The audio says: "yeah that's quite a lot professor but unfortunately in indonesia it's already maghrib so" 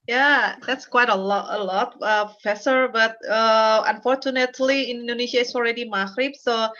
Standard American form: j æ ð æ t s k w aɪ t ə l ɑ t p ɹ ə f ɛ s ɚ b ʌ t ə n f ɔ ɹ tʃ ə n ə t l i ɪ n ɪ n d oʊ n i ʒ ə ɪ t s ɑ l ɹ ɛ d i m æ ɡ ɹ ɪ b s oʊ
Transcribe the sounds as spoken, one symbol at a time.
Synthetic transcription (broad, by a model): j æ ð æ t s k w aɪ t ə l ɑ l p ə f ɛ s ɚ b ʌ t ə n f ɔ ɹ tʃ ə n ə t l i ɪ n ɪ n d oʊ n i ʃ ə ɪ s ɑ l ɹ ɛ d i m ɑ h ɹ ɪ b s oʊ